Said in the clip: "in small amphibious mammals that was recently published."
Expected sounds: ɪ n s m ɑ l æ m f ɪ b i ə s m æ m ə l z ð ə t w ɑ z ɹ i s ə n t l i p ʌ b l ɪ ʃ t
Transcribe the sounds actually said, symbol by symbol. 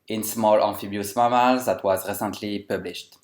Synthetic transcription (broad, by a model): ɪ n s m ɑ l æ f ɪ b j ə s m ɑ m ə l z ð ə t w ɑ z ɹ i s ə n t l i p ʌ b l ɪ ʃ t